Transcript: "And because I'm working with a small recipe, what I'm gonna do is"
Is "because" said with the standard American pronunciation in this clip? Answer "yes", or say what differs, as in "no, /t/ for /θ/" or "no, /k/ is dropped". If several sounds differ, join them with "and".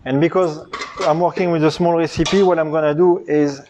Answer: yes